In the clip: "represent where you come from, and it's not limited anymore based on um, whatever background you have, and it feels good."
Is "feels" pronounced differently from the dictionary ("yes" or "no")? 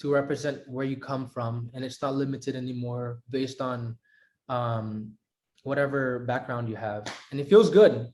no